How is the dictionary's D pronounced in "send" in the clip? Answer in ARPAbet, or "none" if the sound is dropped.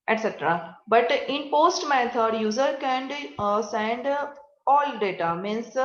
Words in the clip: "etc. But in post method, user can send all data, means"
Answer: D